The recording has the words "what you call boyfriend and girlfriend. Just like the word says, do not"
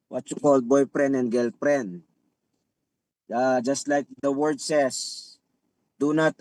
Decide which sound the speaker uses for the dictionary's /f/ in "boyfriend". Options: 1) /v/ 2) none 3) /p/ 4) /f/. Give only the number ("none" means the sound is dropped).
3